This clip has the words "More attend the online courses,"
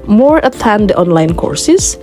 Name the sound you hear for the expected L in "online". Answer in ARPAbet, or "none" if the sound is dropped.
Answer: L